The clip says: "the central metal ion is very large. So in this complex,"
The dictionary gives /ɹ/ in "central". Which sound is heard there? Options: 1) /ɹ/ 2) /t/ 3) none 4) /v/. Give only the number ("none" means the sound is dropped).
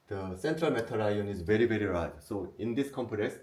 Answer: 1